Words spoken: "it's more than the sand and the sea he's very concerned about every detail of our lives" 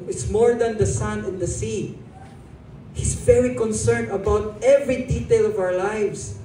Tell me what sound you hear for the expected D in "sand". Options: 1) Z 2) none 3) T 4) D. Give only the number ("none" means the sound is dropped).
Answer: 2